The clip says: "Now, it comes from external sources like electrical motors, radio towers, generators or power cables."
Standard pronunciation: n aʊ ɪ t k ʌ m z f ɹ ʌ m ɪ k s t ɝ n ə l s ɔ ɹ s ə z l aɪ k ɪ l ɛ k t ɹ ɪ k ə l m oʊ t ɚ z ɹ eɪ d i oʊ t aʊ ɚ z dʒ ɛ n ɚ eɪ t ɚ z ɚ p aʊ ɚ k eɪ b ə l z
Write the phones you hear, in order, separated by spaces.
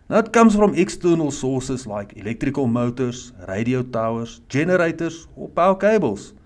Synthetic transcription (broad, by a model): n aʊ ɪ t k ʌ m s f ɹ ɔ m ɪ k s t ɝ n ə l s ɔ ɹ s ə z l aɪ k ɪ l ɛ k t ɹ ɪ k ə l m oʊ t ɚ s ɹ eɪ d i oʊ t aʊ ɚ s dʒ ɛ n ɚ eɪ t ɚ s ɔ p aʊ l k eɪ b ə l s